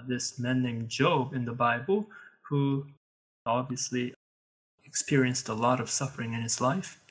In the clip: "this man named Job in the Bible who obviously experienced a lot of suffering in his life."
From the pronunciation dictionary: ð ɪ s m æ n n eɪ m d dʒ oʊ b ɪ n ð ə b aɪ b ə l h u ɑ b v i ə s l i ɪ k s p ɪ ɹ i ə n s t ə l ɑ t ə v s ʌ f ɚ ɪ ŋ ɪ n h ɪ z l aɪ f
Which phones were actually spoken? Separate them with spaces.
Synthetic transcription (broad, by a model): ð ɪ s m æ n n eɪ m dʒ oʊ b ɪ n ð ə b aɪ b l h u ɑ b v i ə s l i ɪ k s p ɪ ɹ i ə n s t ə l ɑ t ə v s ʌ f ɚ ɪ ŋ ɪ n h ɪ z l aɪ f